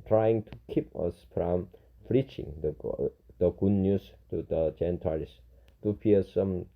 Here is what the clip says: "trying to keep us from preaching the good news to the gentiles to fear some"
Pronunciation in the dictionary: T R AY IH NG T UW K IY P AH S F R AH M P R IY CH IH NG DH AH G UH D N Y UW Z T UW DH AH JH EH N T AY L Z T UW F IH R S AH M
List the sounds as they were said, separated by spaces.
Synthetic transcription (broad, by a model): T R AY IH NG T UW K IY P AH S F R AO M F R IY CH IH NG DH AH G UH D N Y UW S T UW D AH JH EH N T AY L S T UW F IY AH S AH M